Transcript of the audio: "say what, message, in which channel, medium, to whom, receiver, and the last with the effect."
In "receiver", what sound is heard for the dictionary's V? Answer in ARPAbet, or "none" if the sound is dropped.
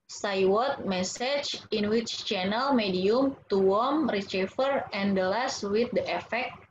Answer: F